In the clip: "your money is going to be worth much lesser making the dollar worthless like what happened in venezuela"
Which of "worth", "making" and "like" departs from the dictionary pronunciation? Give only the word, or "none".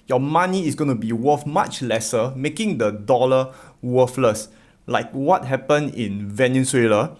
worth